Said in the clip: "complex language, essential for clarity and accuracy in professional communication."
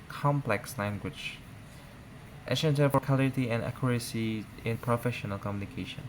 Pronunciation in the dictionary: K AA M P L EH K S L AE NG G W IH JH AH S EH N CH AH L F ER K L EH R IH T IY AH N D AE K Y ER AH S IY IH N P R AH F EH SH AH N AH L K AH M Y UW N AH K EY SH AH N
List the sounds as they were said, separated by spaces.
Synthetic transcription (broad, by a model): K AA M P L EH K S L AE NG G W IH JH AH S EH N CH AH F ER K AA L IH T IY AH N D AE K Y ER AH S IY IH N P R AH F EH SH AH N AH L K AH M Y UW N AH K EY SH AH N